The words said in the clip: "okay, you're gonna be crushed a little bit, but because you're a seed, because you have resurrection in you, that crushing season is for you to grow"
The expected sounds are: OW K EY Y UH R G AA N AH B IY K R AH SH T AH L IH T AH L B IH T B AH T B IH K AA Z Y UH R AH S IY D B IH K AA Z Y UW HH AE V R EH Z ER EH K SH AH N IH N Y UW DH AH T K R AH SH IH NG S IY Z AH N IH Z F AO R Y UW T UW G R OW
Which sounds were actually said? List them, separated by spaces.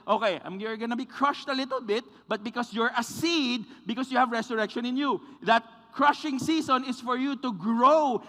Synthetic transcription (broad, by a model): OW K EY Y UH R G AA N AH B IY K R AH SH T AH L IH T AH L B IH T B AH T B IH K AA S Y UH R AH S IY D B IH K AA S Y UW HH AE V R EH S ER EH K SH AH N IH N Y UW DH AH T K R AH SH IH NG S IY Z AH N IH S F AO R Y UW T UW G R OW